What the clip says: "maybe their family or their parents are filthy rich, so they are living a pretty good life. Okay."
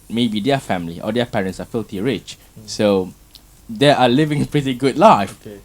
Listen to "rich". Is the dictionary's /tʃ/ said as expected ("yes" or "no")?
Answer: yes